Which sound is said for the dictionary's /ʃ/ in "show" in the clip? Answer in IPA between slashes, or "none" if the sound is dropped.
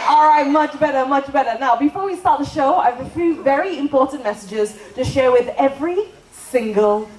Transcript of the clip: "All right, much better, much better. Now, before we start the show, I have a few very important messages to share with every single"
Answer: /ʃ/